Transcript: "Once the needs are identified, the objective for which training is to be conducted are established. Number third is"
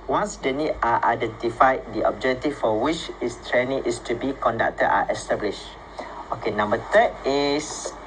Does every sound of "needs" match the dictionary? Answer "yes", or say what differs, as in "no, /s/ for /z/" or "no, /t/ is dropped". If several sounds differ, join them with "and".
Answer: no, /z/ is dropped